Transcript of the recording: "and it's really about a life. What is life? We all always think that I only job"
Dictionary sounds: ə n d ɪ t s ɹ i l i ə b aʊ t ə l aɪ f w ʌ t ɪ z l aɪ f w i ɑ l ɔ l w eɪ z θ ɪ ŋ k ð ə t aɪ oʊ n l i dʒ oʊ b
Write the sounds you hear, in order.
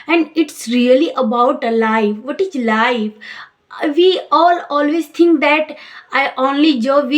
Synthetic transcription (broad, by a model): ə n d ɪ t s ɹ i l i ə b aʊ t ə l aɪ f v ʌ t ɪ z l aɪ f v i ɑ l ɔ l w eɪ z t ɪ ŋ k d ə t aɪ oʊ n l i dʒ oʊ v